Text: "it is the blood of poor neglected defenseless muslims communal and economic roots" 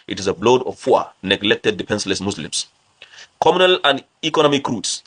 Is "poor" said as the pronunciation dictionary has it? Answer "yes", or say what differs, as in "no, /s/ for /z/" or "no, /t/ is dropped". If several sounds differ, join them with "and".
no, /f/ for /p/